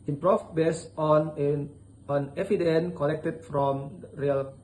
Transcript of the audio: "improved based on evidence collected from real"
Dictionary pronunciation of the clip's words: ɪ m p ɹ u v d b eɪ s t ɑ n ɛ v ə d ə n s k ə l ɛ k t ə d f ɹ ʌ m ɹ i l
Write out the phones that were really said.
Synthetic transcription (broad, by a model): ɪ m p ɹ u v b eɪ s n ɑ n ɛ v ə d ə n k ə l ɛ k t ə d f ɹ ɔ m ɹ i l